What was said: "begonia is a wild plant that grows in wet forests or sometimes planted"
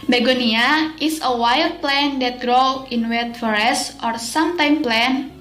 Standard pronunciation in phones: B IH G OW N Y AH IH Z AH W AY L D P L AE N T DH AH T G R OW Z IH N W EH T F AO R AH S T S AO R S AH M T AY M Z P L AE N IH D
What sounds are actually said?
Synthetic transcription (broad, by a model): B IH G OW N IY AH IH S AH W AY L D P L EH N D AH T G R OW IH N W EH T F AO R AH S S AO R S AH M T AY M P L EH N